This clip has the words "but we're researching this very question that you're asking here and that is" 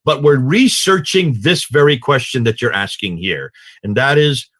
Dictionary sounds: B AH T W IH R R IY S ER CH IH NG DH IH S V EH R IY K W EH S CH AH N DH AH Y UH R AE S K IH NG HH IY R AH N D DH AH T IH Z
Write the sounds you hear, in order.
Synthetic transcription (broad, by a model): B AH T W IH R R IY S ER CH IH NG DH IH S V EH R IY K W EH S CH AH N DH AH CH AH R AE S K IH NG HH IY R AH N DH AH T IH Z